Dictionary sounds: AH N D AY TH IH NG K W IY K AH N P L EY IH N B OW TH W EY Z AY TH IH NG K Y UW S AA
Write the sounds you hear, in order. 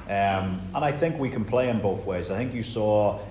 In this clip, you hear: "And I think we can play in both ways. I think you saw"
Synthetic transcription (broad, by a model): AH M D AY TH IH NG K W IY K AH N P L EY IH N B OW TH W EY Z AY TH IH NG K Y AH S AA